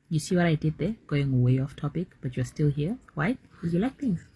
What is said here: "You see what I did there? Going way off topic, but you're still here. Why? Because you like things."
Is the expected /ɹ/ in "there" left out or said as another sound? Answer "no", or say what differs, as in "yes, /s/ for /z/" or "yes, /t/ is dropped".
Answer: no